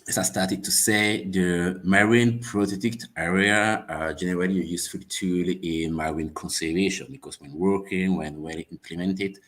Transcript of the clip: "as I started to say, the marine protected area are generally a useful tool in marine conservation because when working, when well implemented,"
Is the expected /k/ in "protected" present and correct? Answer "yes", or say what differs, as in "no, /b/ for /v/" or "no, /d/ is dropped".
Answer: no, /k/ is dropped